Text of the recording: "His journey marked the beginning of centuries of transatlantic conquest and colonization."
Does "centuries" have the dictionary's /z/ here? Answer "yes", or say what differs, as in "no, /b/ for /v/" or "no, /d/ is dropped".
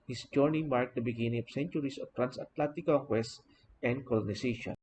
no, /s/ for /z/